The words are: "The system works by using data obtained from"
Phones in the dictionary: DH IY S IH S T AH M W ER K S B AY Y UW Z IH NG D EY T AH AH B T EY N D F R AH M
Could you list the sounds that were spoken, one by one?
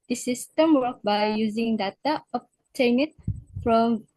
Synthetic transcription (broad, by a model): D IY S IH S T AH M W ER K B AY Y UW Z IH NG D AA T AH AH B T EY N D F R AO M